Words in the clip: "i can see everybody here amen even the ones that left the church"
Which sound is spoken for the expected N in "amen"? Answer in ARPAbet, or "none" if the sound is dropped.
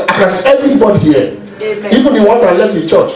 none